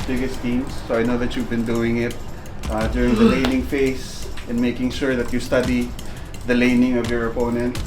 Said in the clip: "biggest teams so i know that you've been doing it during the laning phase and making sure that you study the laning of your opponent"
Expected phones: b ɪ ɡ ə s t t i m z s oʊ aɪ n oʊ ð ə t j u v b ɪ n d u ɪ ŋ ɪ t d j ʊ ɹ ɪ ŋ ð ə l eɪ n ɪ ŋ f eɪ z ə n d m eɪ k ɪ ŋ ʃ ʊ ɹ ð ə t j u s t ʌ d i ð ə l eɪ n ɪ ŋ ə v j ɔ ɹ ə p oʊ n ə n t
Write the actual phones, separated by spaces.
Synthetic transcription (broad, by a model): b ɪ ɡ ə s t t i m s oʊ aɪ n oʊ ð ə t j u v b ɪ n d u ɪ ŋ ɪ t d j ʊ ɹ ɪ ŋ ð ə l eɪ n ɪ ŋ f eɪ s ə n m eɪ k ɪ ŋ ʃ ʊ ɹ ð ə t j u s t ʌ d i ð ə l eɪ n ɪ ŋ ə v j ɔ ɹ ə p oʊ n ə n t